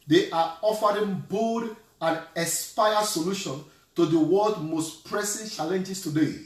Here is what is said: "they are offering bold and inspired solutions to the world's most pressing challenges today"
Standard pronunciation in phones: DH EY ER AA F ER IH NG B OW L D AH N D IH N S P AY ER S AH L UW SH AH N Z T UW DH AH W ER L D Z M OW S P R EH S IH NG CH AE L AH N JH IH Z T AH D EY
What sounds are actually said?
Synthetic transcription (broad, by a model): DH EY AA AA F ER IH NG B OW D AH N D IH S P AY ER S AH L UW SH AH N T UW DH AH W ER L D M OW S P R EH S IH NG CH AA L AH N JH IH S T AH D EY